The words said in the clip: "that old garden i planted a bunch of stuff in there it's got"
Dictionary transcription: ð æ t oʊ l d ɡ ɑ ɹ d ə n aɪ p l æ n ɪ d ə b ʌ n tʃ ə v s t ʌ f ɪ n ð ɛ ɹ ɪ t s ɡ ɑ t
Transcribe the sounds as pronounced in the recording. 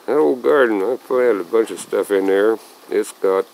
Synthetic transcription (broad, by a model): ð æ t oʊ l ɡ ɑ ɹ d n aɪ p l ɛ ɪ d ə b ʌ n tʃ ə v s t ʌ f ɪ n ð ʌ ɹ ɪ t s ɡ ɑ t